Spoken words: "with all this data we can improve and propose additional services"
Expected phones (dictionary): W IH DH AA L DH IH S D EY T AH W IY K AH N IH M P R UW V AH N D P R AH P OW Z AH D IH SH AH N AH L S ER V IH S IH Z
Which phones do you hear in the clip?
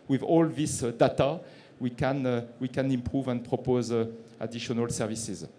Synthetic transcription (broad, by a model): W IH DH AA L DH IH S D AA T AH W IY K AH N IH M P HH UW V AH N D P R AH P OW Z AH D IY SH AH N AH L S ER V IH S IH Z